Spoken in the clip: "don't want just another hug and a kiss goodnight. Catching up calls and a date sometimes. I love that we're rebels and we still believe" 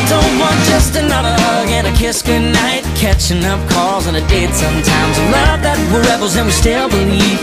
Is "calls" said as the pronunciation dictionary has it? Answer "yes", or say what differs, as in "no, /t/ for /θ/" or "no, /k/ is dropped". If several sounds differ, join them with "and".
yes